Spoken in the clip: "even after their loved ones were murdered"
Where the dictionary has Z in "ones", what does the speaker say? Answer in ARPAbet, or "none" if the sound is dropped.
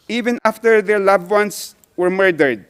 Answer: S